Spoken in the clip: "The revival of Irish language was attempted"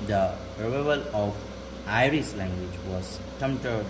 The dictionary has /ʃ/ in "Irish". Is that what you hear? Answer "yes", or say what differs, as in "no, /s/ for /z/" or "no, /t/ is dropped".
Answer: no, /s/ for /ʃ/